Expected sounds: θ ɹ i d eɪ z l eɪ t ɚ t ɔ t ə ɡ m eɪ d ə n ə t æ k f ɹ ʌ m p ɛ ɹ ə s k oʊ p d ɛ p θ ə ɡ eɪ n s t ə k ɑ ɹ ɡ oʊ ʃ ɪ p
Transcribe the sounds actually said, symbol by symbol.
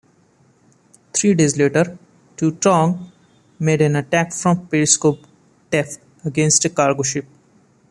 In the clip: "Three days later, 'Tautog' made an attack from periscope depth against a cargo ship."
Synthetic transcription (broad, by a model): t ɹ i d eɪ z l eɪ t ɚ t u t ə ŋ m eɪ d ə n ə t æ k f ɹ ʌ m p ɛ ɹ s k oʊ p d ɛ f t ə ɡ eɪ n s t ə k ɑ ɹ ɡ oʊ ʃ ɪ p